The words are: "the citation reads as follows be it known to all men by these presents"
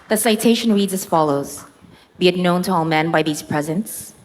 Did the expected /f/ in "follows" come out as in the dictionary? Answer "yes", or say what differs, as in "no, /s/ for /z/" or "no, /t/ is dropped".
yes